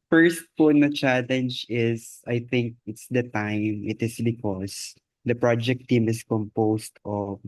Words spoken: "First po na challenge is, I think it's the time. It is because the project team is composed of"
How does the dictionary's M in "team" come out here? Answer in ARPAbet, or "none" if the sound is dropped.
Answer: M